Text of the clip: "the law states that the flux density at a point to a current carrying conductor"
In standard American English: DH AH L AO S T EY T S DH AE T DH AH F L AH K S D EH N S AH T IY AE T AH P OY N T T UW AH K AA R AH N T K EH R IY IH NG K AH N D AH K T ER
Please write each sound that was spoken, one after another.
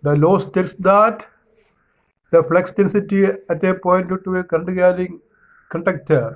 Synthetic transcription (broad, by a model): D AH L AO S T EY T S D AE T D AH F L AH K S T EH N S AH T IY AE T AH P OY N T T UW AH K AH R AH N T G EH L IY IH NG K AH N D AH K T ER